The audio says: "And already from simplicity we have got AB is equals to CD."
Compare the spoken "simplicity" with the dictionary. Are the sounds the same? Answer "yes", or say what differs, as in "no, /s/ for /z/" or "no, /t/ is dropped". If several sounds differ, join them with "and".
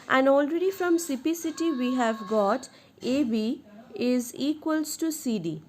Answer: no, /m/ is dropped and /l/ is dropped